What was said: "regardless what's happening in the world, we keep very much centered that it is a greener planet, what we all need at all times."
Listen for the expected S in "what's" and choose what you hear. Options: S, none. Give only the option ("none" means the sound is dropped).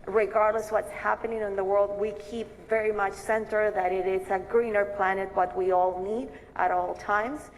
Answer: S